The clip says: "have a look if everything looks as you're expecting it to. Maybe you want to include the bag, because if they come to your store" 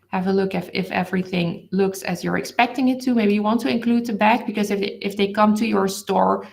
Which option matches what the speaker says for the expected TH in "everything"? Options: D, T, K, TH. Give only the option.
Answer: TH